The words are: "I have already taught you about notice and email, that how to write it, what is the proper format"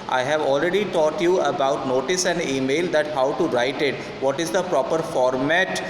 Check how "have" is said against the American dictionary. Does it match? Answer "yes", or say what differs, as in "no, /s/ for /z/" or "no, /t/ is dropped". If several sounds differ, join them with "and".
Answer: yes